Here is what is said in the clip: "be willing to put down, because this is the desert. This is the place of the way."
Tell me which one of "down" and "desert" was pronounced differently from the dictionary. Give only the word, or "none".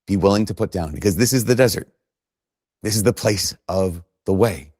none